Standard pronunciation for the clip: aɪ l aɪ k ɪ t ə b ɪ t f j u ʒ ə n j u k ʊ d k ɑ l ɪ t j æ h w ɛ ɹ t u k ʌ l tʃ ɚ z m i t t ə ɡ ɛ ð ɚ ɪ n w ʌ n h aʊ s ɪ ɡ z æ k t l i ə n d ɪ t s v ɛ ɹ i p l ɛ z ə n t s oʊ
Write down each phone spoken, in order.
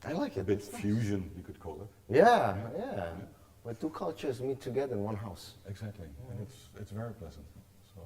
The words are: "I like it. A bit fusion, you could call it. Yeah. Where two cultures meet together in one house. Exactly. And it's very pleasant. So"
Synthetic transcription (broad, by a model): aɪ l aɪ k ɪ t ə b ɪ t f j u ʒ ə n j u k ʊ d k ɑ l ɪ t j æ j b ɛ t t u k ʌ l tʃ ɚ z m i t t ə ɡ ɛ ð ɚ ɪ n w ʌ n h aʊ s ɪ ɡ z æ k t l i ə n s ɪ t s v ɛ ɹ i p l ɛ z ə n t s oʊ